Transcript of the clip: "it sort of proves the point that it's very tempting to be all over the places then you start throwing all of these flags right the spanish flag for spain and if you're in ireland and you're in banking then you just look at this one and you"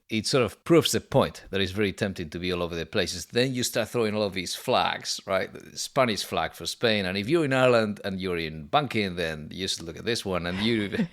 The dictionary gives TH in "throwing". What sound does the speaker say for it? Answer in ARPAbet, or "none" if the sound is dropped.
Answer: TH